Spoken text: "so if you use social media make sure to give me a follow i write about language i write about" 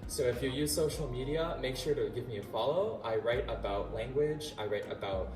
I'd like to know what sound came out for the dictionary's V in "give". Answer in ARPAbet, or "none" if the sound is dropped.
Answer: V